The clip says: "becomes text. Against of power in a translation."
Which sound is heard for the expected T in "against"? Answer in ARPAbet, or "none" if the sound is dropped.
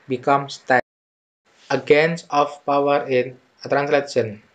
none